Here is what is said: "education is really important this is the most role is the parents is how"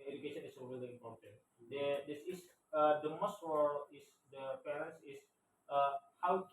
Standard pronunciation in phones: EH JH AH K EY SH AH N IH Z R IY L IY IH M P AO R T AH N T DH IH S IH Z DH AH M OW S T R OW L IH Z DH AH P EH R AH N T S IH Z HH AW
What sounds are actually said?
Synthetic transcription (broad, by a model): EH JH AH K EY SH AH N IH S R IY L IY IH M P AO R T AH N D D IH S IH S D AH M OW S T W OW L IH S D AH P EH R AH N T S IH S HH AW